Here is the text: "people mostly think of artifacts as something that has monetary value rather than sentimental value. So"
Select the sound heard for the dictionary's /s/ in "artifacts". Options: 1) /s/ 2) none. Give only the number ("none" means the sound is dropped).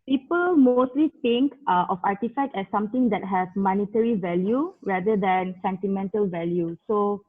2